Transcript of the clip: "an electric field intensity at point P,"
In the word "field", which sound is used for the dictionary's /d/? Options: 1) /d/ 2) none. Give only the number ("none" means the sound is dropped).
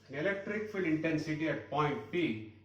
2